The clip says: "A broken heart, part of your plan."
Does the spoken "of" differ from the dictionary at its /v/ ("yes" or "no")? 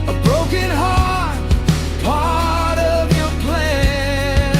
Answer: no